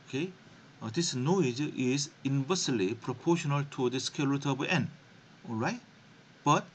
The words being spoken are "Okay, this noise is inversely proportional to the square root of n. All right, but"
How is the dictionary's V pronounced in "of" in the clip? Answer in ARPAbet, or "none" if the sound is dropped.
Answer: B